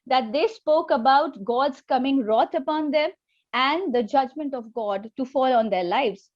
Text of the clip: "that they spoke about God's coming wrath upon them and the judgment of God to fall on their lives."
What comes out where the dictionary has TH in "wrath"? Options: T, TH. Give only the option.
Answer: T